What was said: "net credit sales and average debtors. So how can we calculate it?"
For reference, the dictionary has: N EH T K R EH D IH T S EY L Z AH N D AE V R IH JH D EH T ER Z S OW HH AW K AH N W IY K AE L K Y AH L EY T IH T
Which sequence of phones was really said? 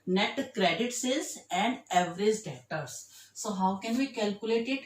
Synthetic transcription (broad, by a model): N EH T K R EH D IH T S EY Z AH N D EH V R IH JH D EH T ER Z S OW HH AW K AH N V IY K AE L K Y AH L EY T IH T